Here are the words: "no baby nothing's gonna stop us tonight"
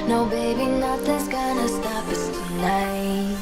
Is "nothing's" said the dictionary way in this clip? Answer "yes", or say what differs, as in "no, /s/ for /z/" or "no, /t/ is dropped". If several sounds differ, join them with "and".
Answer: no, /ŋ/ is dropped